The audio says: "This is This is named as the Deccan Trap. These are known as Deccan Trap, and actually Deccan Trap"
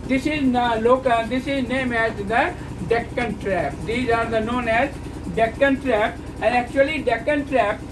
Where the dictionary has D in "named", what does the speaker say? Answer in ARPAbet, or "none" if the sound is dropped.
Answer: none